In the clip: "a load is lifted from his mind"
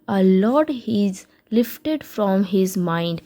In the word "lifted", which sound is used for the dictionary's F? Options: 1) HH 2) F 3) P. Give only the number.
2